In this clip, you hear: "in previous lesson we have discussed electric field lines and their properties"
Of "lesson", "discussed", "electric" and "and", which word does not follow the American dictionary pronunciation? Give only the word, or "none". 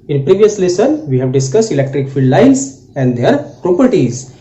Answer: none